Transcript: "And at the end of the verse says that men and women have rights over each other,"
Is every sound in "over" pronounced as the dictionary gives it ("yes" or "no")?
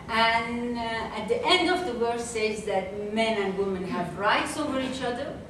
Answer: yes